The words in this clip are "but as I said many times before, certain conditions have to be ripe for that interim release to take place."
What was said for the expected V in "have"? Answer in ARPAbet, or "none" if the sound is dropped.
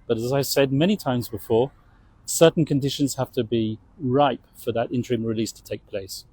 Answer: F